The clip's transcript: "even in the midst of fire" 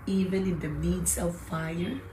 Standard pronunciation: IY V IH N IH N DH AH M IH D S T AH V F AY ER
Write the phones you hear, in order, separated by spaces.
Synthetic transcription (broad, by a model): IY V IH N IH N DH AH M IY D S AH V F AY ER